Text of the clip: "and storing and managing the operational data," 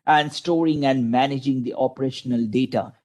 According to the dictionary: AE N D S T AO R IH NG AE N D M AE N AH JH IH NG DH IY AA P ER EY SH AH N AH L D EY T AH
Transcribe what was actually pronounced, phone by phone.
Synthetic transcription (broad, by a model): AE N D S T AO R IH NG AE N D M AE N AH JH IH NG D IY AA P ER EY SH AH N AH L D EY T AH